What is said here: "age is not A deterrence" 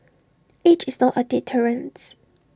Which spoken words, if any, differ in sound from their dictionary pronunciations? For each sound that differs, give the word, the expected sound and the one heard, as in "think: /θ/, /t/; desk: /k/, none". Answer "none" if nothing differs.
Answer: is: /z/, /s/